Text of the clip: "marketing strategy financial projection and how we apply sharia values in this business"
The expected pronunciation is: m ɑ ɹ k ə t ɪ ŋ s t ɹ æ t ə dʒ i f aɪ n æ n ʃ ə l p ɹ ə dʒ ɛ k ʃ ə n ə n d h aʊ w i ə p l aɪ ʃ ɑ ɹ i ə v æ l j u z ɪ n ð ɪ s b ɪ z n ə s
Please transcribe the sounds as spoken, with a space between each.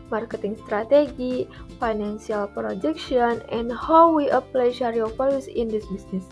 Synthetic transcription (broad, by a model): m ɑ ɹ k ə t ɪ ŋ s t ɹ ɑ t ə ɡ i f aɪ n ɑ n s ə l p ɹ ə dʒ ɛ k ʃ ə n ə n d h aʊ w i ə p l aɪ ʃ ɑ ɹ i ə f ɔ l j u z ɪ n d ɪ s b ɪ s n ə s